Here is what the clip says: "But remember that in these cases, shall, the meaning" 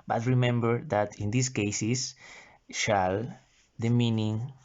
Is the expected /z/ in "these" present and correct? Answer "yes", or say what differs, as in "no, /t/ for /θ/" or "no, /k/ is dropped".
no, /s/ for /z/